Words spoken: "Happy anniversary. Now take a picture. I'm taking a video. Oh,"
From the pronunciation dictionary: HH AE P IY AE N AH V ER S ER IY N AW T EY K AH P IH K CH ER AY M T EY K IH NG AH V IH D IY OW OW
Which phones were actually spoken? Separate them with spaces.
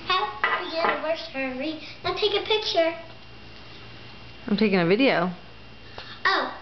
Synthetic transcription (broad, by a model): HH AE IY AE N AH W ER S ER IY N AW T EY K AH P IH K CH ER AY M T EY K IH NG AH V IH D IY OW OW